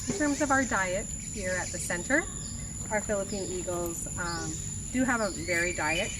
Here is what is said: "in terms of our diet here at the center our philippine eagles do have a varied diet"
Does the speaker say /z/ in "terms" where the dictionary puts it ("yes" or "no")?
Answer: yes